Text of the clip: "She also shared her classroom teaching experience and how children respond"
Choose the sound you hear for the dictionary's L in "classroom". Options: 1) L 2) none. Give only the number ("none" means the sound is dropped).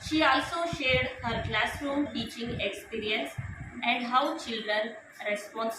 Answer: 1